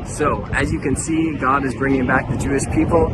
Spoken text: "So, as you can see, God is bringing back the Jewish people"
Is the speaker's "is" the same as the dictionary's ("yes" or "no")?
yes